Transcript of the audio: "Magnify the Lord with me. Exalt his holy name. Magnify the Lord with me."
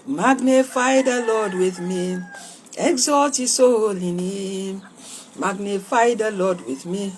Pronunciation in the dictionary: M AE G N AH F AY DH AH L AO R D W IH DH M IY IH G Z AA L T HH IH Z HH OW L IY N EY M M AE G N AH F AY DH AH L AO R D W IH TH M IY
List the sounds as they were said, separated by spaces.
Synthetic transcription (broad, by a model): M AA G N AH F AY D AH L AO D W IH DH M IY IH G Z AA T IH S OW L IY N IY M M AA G N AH F AY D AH L AO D W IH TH M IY